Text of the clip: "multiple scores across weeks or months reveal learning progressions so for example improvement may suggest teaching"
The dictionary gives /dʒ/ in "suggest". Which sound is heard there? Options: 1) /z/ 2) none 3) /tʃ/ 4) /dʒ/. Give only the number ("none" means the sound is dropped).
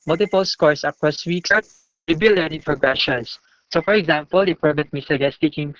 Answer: 2